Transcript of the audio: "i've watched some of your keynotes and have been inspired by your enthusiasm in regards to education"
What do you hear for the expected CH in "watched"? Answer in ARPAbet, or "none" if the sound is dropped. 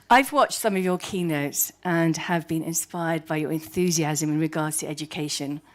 CH